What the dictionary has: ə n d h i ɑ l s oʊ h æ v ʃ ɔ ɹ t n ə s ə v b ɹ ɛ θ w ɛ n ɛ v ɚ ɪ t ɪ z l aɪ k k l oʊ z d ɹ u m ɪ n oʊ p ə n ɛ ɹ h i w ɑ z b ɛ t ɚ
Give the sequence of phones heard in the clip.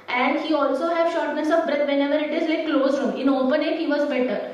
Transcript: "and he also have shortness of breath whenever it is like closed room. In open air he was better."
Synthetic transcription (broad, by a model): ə n d h i ɑ l s oʊ h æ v ʃ ɔ ɹ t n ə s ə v b ɹ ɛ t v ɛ n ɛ v ɚ ɪ t ɪ z l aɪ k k l oʊ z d ɹ u m ɪ n oʊ p ə n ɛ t h i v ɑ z b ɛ t ɚ